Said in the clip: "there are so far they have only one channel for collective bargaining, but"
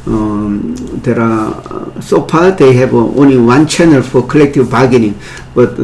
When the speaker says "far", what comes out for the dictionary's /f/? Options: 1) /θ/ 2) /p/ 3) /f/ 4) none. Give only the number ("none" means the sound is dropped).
2